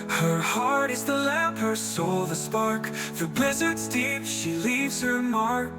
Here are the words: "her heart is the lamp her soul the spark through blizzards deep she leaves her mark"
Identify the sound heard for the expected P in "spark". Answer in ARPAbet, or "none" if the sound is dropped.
P